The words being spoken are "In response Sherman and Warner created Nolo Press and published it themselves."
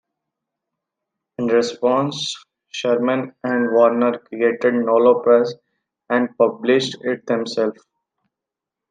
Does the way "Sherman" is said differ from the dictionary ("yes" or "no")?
no